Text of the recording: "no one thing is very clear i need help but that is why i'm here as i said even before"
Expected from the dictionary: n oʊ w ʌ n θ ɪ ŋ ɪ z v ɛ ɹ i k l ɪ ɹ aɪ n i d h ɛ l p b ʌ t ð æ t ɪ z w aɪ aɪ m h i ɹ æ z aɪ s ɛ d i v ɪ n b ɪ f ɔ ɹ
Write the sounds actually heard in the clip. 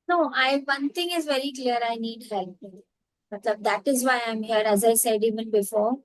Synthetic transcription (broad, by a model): n oʊ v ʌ n t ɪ ŋ ɪ z v ɛ ɹ i k l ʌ ɹ aɪ n i d h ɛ l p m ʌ t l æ t ɪ z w aɪ aɪ m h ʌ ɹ æ z aɪ s ɛ d i v ɪ n b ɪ f ɔ ɹ